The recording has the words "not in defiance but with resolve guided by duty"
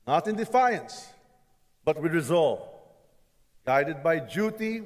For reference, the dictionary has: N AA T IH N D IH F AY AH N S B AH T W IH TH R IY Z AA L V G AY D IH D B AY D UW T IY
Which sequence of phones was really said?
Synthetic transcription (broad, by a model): N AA T IH N D IH F AY AH N S B AH T W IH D R IY Z AA L V G AY D IH D B AY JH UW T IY